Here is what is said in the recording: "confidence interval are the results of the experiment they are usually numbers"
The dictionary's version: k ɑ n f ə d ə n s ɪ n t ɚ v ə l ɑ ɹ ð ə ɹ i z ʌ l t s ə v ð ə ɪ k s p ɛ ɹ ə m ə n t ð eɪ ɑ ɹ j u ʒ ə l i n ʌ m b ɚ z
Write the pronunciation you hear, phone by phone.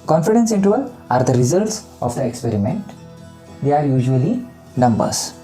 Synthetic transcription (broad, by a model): k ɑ n f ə d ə n s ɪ n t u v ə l ɑ ɹ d ə ɹ i z ʌ l t s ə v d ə ɪ k s p ɛ ɹ ə m ə n t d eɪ ɑ ɹ j u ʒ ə l i n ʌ m b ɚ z